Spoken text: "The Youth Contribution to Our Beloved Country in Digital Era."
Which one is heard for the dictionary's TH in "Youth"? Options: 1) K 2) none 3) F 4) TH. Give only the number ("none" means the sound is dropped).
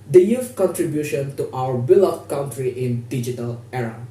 3